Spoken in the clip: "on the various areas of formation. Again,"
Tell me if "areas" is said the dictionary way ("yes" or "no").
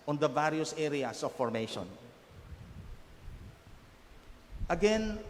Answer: no